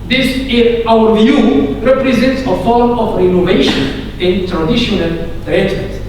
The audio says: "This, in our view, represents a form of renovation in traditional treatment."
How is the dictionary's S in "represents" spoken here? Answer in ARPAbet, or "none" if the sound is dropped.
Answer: S